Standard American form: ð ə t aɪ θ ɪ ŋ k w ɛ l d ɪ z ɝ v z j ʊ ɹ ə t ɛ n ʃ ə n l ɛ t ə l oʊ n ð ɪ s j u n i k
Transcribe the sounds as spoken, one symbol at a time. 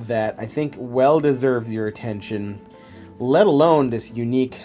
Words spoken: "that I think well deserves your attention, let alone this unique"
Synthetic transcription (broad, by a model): ð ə t aɪ θ ɪ ŋ k w ɛ l d ɪ z ɝ v z j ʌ ɹ ə t ɛ n ʃ ə n l ɛ t ə l oʊ n ð ɪ s j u n i k